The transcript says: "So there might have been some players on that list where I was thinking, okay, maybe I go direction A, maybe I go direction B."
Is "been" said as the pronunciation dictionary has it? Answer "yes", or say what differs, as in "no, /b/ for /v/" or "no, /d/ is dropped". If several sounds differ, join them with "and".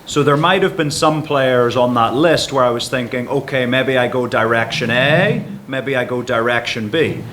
yes